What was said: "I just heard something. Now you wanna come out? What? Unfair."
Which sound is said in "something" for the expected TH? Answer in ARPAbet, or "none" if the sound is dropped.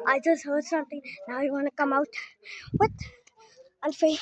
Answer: T